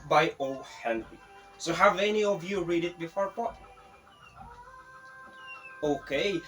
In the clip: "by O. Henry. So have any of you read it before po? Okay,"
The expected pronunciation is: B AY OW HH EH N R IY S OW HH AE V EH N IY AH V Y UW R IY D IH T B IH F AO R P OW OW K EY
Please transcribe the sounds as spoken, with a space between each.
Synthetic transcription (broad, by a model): B AY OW HH EH N R IY S OW HH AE V EH N IY AH V Y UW R IY D IH T B IH F AO R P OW OW K EY